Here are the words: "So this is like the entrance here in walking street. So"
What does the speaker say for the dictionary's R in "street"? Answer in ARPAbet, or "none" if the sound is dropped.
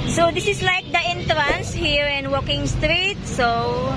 R